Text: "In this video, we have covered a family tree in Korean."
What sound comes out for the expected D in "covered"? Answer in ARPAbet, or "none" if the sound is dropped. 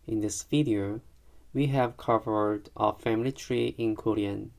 D